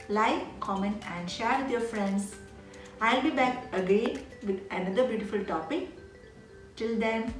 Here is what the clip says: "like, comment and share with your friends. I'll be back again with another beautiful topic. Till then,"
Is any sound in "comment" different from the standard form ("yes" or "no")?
yes